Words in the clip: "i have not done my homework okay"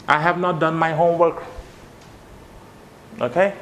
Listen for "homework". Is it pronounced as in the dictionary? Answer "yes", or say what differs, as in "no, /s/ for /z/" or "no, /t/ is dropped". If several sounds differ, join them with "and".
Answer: yes